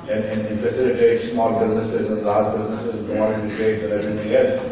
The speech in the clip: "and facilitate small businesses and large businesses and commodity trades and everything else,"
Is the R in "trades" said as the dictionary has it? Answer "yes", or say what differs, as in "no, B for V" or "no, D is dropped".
no, R is dropped